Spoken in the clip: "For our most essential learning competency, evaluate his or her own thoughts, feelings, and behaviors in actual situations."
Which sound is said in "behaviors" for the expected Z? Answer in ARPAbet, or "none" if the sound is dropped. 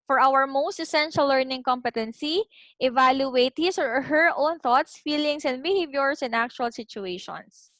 S